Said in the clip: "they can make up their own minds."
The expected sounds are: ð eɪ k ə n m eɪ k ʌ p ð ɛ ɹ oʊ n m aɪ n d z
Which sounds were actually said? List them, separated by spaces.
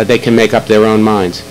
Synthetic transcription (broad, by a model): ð eɪ k ə n m eɪ k ʌ p ð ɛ ɹ oʊ n m aɪ n d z